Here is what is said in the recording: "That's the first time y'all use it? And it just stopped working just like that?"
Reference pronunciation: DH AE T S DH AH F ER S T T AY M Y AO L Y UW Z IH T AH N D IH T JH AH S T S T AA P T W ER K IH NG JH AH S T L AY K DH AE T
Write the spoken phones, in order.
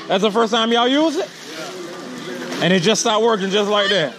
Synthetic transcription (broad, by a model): DH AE T S DH AH F ER S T T AY M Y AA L Y UW Z IH T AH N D IH T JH AH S S T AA T W ER K IH NG JH AH S T L AY K DH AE T